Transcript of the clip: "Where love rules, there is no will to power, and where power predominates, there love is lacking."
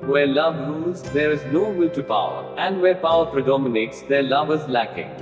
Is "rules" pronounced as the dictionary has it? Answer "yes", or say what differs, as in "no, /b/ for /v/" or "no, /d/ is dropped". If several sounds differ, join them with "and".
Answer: no, /l/ is dropped